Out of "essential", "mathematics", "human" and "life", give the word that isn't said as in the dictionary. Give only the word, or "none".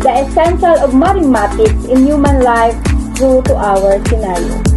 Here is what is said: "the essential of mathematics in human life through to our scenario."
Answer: mathematics